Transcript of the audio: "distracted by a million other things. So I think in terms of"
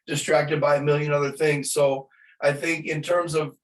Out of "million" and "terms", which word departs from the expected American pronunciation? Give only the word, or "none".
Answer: none